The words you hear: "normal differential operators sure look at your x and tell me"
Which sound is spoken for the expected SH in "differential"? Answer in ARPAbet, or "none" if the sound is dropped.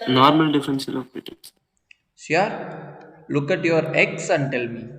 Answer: S